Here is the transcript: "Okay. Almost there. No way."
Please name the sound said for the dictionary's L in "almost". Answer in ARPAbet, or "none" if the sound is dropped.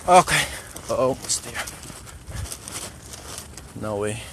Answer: none